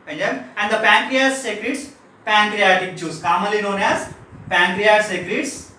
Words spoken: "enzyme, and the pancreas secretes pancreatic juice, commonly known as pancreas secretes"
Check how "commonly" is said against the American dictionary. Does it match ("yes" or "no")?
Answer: no